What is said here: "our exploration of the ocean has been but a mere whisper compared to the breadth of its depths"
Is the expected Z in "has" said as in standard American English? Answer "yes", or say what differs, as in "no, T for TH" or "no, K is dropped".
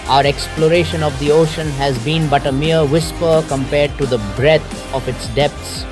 yes